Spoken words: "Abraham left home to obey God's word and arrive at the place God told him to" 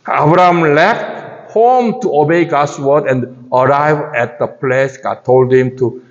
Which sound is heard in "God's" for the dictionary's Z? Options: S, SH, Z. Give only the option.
S